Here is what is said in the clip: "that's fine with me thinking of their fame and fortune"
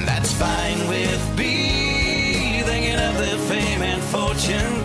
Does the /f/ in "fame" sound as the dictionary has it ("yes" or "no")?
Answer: yes